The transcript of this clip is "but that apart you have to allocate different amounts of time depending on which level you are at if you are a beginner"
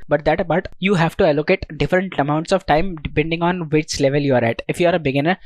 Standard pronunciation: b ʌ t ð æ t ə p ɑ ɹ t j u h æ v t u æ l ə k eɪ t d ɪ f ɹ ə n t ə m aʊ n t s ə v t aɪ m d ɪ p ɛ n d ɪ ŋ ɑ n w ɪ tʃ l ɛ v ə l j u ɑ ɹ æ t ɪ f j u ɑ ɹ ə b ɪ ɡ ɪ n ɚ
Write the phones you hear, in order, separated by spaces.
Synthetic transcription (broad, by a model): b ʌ t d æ t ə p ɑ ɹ t j u h æ v t u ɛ l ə k eɪ t d ɪ f ɹ ə n t ə m aʊ n t s ə v t aɪ m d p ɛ n d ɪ ŋ ɑ n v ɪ tʃ l ɛ v ə l j u ɑ ɹ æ t ɪ f j u ɑ ɹ ə b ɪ ɡ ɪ n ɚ